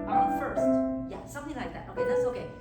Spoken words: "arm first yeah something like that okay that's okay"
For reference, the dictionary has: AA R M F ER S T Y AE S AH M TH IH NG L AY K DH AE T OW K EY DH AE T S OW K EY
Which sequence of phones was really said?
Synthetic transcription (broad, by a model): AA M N F ER S T Y AE S AH M TH IH NG L AY K DH AE T OW K EY DH AE T S OW K EY